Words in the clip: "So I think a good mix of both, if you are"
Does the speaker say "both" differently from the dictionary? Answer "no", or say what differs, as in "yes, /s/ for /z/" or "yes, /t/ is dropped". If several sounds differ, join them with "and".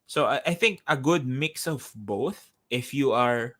no